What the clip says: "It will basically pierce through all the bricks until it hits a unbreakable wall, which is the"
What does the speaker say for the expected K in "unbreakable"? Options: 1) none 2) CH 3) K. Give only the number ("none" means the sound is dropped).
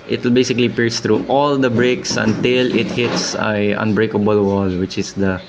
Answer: 3